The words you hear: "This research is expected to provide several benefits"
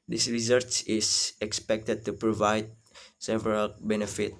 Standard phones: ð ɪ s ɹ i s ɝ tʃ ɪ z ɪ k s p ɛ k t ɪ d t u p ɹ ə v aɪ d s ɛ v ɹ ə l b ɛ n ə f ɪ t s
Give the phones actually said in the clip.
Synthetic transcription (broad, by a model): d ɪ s ɹ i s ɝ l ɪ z ɪ k s p ɛ k t ɪ d t u p ɹ ə v aɪ d s ɛ v ɹ ə l b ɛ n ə f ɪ t